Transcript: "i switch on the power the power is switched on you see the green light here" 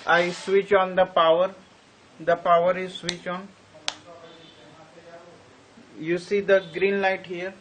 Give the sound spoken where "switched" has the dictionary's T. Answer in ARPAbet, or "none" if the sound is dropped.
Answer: none